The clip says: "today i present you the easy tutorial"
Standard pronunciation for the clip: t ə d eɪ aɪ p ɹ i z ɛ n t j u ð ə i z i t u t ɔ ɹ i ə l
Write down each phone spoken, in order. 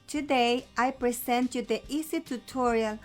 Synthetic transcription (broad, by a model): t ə d eɪ aɪ p ɹ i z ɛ n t j u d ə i s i t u t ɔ ɹ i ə l